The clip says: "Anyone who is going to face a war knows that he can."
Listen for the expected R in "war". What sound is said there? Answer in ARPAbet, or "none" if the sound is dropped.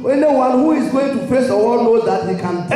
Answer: L